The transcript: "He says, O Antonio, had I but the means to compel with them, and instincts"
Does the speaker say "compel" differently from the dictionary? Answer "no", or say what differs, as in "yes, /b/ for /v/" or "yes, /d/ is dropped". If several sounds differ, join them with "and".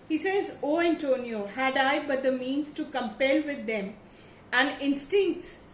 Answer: no